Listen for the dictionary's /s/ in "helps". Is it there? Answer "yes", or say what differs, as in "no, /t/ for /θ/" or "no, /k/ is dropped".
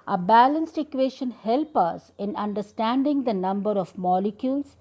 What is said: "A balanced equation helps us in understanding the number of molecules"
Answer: no, /s/ is dropped